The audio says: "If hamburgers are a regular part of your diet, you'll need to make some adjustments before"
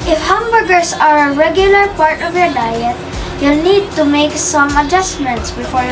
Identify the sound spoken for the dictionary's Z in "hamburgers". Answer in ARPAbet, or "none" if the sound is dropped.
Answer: S